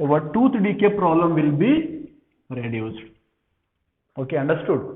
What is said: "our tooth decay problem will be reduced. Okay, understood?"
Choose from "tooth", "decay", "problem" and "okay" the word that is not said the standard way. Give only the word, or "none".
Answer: tooth